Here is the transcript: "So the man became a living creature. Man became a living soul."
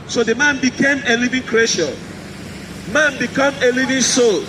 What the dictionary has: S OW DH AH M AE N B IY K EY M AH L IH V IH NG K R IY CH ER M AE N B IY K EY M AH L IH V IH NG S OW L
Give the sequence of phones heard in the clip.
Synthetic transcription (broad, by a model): S OW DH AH M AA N B IY K EY M AH L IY V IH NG K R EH SH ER M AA N B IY K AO M AH L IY V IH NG S OW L